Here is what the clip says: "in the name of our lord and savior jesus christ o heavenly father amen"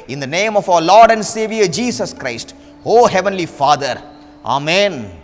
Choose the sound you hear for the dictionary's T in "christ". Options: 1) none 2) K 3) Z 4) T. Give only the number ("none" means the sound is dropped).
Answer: 4